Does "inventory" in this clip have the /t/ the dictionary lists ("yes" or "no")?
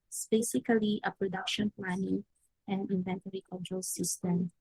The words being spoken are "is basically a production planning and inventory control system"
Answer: yes